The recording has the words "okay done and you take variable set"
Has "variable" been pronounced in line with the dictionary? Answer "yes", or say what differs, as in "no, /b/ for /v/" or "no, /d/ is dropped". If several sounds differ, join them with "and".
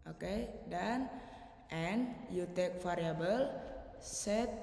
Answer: no, /f/ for /v/